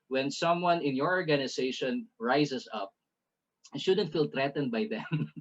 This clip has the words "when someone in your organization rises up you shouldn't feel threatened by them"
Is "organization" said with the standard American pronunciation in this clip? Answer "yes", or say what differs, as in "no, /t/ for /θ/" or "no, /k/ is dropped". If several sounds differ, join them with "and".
no, /s/ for /z/